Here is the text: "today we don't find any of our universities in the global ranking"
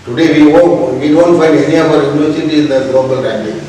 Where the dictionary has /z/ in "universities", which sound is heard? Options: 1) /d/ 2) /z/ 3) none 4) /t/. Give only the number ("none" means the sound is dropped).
3